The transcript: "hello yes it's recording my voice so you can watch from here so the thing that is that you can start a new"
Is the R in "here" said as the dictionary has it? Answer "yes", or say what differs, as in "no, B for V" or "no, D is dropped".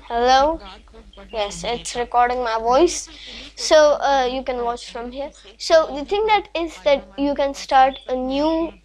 yes